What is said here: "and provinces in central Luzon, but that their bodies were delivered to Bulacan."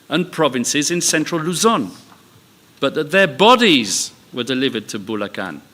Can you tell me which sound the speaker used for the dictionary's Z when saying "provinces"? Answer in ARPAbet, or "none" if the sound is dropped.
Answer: Z